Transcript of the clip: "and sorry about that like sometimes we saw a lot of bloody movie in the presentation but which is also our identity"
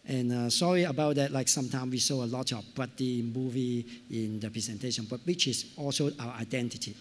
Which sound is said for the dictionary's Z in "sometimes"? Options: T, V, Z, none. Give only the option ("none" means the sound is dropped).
none